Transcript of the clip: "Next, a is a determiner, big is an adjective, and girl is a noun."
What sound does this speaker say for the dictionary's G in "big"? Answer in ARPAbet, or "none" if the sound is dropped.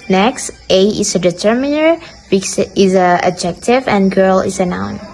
none